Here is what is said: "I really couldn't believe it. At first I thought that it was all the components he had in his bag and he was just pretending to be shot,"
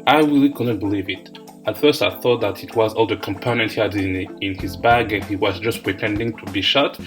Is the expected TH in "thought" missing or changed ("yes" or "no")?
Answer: no